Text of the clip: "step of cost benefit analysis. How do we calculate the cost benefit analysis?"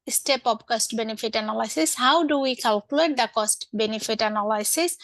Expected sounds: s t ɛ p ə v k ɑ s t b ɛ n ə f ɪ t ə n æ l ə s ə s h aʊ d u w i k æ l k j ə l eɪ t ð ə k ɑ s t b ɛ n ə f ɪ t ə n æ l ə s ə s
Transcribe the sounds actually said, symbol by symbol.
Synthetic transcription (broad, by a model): s t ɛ p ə p k ɑ s t b ɛ n ə f ɪ t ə n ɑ l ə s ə s h aʊ d u w i k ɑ l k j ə l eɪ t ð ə k ɑ s t b ɛ n ə f ɪ t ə n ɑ l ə s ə s